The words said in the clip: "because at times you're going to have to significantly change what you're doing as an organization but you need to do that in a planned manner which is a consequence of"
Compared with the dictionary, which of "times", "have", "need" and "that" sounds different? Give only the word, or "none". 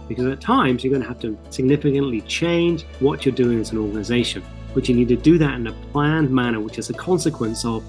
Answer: have